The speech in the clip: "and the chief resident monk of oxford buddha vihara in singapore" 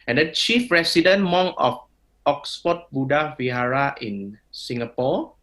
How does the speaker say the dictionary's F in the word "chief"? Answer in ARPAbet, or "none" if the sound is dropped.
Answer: F